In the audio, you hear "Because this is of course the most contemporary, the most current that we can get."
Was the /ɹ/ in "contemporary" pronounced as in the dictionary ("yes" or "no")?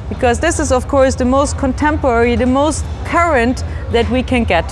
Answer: yes